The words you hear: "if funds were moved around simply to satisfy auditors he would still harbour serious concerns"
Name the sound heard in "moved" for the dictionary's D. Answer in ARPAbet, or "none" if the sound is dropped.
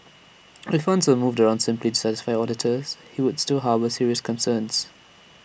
D